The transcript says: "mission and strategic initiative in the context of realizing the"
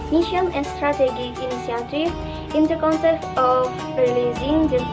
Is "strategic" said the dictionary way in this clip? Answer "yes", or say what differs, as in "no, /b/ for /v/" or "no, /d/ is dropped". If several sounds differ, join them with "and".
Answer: no, /k/ is dropped